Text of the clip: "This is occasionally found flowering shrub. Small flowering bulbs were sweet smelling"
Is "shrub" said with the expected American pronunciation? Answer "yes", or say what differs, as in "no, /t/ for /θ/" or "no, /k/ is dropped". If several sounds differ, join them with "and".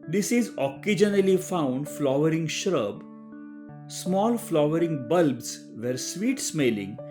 yes